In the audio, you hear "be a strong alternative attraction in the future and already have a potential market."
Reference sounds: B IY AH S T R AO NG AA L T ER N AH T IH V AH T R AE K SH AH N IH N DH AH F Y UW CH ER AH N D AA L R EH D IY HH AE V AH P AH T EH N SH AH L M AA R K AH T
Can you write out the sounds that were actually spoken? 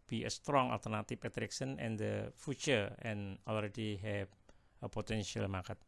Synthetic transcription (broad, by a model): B IY AH S T R AO NG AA L T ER N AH T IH P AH T R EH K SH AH N IH N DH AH F Y UW CH ER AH N AA L R EH D IY HH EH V AH P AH T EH N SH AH L M AA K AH T